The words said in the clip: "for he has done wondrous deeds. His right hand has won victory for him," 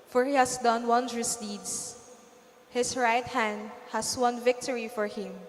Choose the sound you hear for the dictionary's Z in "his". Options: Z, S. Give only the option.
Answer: S